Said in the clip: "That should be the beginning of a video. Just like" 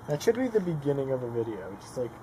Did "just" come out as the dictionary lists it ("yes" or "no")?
no